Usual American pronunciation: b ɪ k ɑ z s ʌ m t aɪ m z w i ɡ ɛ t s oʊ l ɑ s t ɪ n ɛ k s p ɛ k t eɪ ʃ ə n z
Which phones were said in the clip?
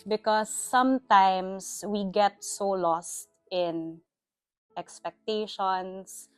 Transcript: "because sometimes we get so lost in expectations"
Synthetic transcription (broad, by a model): b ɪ k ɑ s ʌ m t aɪ m s w i ɡ ɛ t s oʊ l ɑ s t ɪ n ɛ k s p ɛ k t eɪ ʃ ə n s